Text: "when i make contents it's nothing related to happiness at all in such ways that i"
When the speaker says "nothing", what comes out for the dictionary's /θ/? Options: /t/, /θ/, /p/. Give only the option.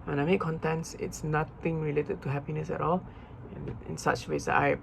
/t/